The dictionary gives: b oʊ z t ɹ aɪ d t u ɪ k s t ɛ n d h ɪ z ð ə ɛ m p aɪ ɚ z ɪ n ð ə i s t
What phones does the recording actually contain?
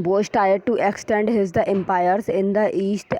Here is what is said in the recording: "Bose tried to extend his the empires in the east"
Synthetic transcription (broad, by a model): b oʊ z t aɪ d t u ɪ k s t ɛ n d h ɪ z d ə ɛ m p aɪ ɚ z ɪ n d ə i s t